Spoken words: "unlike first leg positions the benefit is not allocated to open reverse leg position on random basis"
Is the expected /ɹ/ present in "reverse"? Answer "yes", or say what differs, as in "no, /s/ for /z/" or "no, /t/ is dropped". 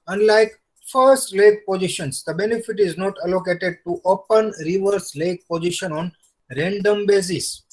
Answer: yes